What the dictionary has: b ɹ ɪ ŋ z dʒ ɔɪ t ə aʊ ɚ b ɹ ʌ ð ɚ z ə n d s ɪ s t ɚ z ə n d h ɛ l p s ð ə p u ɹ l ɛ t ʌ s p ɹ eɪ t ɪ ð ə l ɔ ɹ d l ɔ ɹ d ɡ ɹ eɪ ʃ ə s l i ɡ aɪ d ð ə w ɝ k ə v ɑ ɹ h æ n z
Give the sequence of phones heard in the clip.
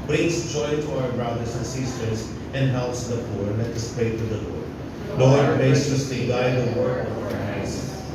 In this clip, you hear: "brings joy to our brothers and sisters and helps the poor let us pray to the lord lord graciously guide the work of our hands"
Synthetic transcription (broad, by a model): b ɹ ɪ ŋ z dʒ ɔɪ t ə aʊ ɚ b ɹ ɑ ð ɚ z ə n s ɪ s t ɚ z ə n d h ɛ l p s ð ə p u ɹ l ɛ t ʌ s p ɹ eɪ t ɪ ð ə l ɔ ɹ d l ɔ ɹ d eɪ s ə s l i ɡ aɪ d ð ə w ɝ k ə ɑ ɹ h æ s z